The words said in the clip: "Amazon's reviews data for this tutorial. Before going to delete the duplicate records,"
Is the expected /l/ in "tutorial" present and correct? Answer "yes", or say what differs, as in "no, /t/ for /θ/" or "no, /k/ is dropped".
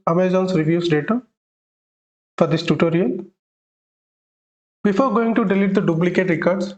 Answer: no, /n/ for /l/